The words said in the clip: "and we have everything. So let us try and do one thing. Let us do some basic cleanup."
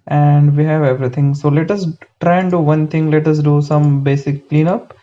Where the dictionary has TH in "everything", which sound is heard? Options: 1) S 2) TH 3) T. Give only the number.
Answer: 3